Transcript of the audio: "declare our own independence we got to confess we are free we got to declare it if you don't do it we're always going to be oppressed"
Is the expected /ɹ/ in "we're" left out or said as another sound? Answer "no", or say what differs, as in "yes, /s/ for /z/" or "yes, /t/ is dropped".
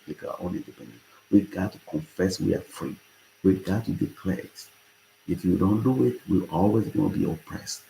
yes, /l/ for /ɹ/